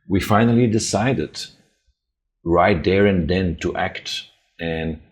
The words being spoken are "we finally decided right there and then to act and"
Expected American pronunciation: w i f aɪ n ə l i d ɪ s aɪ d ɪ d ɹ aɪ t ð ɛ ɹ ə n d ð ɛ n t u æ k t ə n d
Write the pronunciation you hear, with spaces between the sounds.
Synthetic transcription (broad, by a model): w i f aɪ n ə l i d ɪ s aɪ d ɪ d ɹ aɪ t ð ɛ ɹ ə n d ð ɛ n t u æ k t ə n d